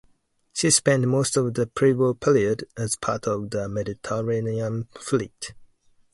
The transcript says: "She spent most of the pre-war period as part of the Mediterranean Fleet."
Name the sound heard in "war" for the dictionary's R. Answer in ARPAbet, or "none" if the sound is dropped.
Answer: L